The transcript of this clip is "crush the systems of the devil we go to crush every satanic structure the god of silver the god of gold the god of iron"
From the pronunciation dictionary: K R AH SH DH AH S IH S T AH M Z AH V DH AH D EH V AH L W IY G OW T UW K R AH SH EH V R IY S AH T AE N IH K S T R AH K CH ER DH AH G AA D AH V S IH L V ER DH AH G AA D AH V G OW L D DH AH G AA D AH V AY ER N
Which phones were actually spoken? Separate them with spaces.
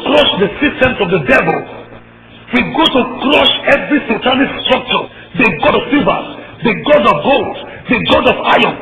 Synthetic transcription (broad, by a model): K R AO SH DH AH S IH S T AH M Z AH V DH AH D EH V AH L W IY G OW T UW K R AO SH EH V R IY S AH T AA L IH S T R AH K CH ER DH AH G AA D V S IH V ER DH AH G AA D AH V G OW L D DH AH G AA D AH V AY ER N